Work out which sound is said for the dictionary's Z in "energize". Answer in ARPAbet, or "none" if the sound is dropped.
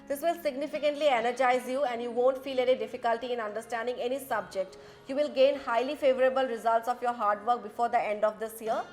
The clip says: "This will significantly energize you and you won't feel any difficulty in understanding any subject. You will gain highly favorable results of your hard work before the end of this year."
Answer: Z